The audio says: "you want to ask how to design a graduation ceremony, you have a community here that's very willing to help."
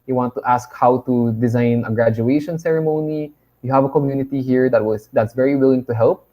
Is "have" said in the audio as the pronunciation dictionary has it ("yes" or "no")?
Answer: yes